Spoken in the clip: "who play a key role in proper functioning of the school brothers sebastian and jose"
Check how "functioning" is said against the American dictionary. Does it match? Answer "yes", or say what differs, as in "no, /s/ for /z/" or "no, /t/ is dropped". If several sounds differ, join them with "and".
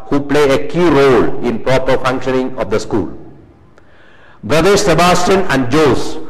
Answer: yes